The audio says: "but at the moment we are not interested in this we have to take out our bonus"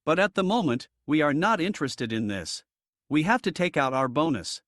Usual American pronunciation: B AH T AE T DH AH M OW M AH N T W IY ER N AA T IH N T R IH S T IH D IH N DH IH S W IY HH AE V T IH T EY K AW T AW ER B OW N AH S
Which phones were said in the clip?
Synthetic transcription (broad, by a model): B AH T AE T DH AH M OW M AH N T W IY ER N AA T IH N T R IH S T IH D IH N DH IH S W IY HH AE F T IH T EY K AW T AW ER B OW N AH S